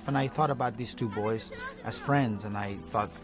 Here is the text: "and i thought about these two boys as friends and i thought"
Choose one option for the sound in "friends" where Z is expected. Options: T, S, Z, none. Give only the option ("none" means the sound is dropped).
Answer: Z